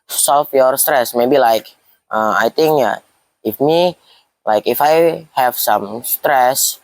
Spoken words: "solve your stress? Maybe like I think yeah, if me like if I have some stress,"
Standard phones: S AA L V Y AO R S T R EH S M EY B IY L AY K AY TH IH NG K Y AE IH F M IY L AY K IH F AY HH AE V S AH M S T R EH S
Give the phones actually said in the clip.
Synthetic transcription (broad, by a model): S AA L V Y AO R S T R EH S M EY B IY L AY K AY T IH NG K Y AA IH F M IY L AY K IH F AY HH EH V S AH M S T R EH S